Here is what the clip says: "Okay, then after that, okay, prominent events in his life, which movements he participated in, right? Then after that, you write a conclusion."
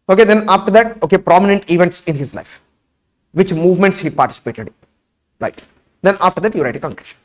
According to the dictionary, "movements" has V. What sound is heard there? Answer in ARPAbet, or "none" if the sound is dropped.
V